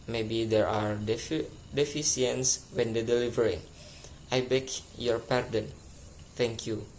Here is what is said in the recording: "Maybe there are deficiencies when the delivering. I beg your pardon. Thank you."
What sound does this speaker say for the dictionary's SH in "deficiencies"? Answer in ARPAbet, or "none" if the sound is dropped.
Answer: S